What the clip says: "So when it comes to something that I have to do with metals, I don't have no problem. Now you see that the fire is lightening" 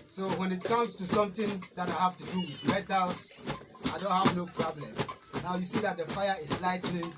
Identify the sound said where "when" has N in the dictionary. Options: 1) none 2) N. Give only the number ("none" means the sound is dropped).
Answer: 2